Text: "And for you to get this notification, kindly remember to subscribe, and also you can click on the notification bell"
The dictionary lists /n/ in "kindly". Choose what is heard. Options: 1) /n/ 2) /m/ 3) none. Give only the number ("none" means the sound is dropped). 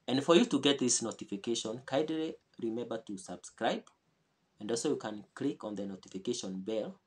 3